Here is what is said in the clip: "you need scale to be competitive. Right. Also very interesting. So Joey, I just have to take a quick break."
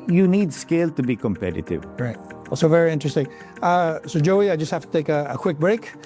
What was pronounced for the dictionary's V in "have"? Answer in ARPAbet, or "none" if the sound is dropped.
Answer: F